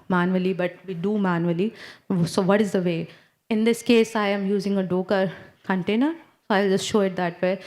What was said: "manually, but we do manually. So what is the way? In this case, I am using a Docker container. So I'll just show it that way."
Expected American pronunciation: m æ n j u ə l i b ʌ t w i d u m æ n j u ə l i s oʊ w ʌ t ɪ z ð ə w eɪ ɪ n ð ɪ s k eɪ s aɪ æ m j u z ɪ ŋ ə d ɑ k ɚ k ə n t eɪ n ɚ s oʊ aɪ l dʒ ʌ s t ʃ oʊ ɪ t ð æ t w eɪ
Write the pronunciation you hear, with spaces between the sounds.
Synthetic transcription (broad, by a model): m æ n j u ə l i b ʌ t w i d u m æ n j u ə l i s oʊ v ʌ t ɪ z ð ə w eɪ ɪ n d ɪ s k eɪ s aɪ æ m j u z ɪ ŋ ə d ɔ k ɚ k ə n t eɪ n ɚ s oʊ aɪ l dʒ ʌ s t ʃ oʊ ɪ t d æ t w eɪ